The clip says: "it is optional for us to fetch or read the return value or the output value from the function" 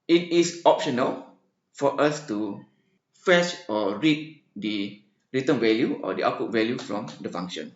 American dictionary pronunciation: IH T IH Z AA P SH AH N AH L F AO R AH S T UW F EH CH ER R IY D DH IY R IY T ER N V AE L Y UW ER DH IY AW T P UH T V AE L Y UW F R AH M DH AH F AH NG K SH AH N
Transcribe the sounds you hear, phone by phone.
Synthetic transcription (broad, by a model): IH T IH S AA P SH AH N AH L F AO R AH S T UW F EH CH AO R IY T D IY R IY T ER N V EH L Y UW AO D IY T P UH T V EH L Y UW F R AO M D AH F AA NG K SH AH N